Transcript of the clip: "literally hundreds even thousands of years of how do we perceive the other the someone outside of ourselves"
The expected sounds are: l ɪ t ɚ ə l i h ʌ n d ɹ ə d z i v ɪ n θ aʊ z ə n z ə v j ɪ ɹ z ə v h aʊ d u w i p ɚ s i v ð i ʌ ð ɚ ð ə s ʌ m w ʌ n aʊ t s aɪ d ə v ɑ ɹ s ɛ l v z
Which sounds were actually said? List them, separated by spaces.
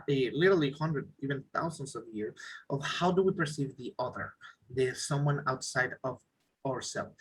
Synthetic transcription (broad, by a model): l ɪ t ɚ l i h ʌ n d ɹ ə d i v ɪ n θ aʊ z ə n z ə v j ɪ ɹ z ə v h aʊ d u w i p ɚ s i v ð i ʌ ð ɚ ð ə s ʌ m w ʌ n aʊ t s aɪ d ə v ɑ ɹ s ɛ l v